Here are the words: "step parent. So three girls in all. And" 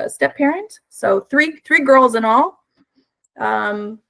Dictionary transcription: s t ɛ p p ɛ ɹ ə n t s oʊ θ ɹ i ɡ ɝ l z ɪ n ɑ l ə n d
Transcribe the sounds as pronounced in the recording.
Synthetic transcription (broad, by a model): s t ɛ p p ɛ ɹ ə n t s oʊ θ ɹ i ɡ ɝ l z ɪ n ɑ l ə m